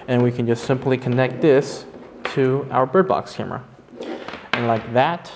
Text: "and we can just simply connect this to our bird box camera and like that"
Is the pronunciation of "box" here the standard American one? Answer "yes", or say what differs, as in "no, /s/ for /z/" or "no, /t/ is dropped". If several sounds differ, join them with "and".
yes